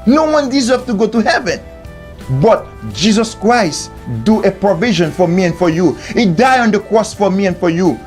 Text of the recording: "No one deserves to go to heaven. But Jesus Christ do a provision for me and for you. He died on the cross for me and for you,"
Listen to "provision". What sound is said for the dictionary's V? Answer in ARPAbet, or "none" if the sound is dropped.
V